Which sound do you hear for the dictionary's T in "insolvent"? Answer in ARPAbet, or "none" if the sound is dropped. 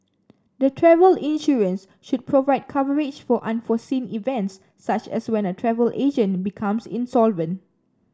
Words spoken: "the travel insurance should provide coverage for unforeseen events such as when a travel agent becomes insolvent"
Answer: T